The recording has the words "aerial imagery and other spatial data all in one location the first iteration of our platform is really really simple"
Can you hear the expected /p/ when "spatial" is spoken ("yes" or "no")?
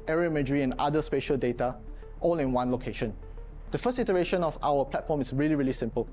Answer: yes